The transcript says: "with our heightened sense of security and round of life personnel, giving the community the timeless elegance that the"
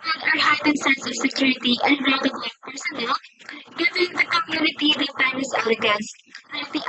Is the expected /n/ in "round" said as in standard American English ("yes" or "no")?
no